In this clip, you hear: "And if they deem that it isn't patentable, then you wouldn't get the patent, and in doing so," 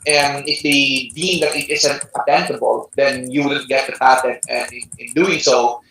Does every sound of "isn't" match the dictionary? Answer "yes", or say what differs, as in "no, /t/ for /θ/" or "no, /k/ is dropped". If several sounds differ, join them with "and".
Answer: no, /s/ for /z/